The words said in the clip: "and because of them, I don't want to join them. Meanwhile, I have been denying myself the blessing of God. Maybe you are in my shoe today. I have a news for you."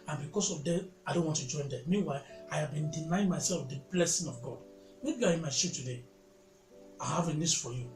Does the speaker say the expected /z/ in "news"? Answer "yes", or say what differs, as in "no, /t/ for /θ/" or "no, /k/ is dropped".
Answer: no, /s/ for /z/